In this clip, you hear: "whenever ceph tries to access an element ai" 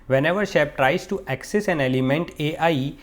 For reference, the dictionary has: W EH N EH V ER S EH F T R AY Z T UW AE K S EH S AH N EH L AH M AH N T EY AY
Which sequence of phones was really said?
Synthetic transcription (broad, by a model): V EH N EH V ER SH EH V T R AY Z T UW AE K S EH S AH N EH L AH M AH N T EY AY